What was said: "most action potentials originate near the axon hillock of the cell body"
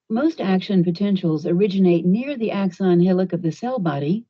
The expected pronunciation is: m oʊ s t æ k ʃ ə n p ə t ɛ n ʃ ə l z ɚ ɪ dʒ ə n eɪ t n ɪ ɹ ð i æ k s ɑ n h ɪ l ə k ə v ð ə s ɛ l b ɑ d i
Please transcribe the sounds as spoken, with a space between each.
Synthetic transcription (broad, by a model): m oʊ s t æ k ʃ ə n p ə t ɛ n ʃ l z ɚ ɪ dʒ ə n eɪ t n ɪ ɹ ð i æ k s ɑ n h ɪ l ə k ə v ð ə s ɛ l b ɑ d i